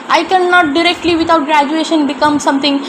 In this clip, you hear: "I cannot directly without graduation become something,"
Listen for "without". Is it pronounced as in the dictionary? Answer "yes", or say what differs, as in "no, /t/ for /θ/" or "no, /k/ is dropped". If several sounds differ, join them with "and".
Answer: no, /t/ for /θ/